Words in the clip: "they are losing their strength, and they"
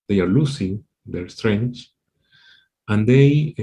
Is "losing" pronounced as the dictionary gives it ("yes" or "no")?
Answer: no